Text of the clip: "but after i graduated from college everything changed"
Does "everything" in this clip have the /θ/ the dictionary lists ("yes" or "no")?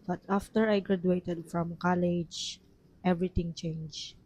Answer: no